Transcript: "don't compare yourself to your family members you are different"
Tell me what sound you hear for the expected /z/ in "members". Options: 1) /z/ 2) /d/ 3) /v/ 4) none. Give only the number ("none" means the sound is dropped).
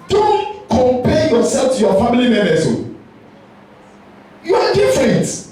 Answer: 4